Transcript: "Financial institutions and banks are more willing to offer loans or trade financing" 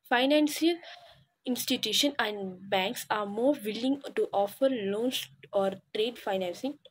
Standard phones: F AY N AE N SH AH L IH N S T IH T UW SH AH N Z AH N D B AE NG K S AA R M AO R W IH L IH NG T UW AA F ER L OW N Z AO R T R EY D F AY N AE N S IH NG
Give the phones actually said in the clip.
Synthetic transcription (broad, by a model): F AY N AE N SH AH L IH N S T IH T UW SH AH N AH N D B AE NG K S AA R M AO R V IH L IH NG T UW AA F ER L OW N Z AO R T R EY D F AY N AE N S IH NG